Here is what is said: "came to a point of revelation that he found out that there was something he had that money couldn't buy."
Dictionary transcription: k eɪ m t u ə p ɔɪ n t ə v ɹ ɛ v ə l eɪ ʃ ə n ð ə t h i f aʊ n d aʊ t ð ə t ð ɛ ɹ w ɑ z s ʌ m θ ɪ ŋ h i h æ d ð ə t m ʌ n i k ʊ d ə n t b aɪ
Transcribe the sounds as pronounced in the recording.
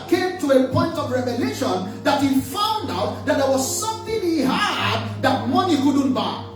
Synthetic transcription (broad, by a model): k eɪ m t u ə p ɔɪ n t ə v ɹ ɛ v ə l eɪ ʃ ə n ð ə t h i f aʊ n d aʊ t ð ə t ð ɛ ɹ w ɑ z s ʌ m θ ɪ ŋ h i h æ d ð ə t m ʌ n i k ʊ d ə n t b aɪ